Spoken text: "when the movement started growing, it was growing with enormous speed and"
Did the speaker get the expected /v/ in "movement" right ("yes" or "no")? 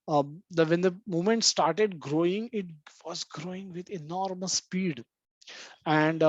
no